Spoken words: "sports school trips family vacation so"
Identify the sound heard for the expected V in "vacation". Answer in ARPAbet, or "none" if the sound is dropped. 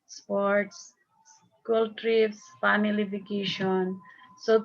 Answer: F